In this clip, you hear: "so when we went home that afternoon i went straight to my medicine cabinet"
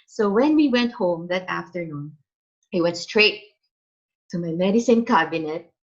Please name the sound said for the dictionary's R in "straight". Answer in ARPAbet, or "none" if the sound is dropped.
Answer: R